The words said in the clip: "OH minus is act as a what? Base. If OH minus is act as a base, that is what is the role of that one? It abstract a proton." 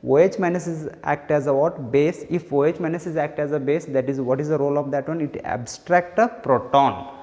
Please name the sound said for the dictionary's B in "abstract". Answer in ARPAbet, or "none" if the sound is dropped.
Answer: B